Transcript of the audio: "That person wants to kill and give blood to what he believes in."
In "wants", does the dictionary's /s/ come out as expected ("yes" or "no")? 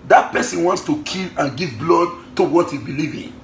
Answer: yes